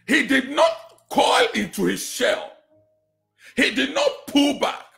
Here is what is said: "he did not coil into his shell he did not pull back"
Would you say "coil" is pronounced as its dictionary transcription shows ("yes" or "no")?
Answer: yes